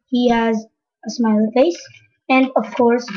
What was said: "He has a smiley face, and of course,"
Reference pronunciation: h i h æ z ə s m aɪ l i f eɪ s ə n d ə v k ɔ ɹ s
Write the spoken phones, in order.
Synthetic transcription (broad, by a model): h i h æ z ə s m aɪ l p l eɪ s ə n d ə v k ɔ ɹ s